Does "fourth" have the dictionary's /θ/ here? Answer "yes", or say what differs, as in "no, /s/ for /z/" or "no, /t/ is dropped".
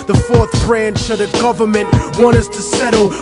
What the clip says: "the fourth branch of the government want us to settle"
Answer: yes